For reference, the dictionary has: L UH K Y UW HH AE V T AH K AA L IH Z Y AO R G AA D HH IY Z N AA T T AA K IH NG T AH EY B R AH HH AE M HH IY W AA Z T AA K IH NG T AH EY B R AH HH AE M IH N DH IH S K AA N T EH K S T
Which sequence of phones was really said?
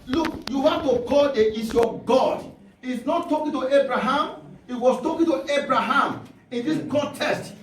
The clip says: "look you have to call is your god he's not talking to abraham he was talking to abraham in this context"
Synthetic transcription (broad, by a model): L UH K Y UW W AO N T AH K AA L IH S Y AO G AA D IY S N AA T T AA K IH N T AH EY B R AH HH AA M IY W AA S T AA K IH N T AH EY B R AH HH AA M IH N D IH S K AA N T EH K S T